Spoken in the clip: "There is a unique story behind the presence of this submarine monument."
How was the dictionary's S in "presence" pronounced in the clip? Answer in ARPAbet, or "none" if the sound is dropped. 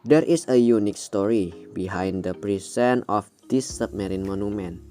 none